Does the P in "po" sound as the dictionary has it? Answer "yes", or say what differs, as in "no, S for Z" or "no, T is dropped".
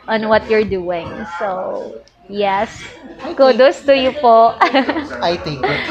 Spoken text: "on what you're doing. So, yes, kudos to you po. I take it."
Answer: yes